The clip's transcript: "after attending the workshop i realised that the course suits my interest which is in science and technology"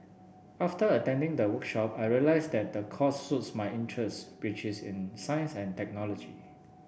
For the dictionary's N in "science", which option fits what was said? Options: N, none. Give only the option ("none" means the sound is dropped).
N